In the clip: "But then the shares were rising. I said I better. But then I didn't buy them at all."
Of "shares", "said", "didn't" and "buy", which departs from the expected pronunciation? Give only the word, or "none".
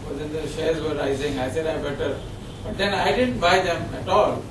shares